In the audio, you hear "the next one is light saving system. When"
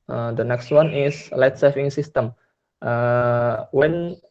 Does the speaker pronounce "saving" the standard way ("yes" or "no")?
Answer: no